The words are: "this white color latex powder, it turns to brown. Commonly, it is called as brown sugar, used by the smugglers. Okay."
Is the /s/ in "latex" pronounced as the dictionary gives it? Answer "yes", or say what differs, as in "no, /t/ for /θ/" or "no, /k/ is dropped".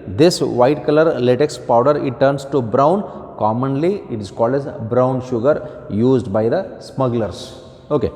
yes